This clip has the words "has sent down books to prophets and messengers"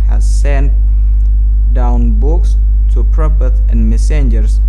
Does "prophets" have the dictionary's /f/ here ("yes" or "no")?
no